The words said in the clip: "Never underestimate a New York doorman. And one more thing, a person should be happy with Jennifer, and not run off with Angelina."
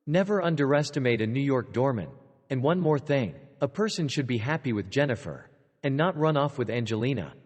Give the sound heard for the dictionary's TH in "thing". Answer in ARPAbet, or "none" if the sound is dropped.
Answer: TH